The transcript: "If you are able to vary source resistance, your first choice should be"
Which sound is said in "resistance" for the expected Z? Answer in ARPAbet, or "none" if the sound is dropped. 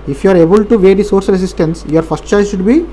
S